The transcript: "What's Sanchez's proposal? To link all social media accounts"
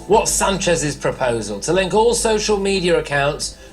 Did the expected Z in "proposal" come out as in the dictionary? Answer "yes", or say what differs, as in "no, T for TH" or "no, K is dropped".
yes